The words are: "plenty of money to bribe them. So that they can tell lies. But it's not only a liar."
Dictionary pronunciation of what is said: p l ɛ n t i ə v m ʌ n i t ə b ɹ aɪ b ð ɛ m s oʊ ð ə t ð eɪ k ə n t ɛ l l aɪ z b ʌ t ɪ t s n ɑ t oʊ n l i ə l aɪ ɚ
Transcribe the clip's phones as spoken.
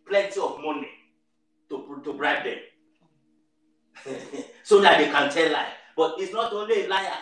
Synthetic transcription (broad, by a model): p l ɛ n t i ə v m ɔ n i t ə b ɹ aɪ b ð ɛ m s oʊ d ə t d eɪ k ə n t ɛ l l aɪ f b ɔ t ɪ t s n ɑ t oʊ n l i ə l aɪ